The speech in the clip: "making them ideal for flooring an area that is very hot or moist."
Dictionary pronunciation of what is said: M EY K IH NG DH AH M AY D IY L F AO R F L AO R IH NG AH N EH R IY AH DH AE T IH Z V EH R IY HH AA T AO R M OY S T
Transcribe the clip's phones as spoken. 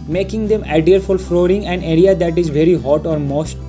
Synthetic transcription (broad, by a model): M EY K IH NG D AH M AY D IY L F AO L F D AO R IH NG AH N EH R IY AH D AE T IH Z V EH R IY HH AA T AO R M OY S T